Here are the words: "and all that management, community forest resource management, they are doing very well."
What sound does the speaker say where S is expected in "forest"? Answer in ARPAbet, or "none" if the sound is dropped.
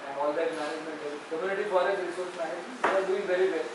none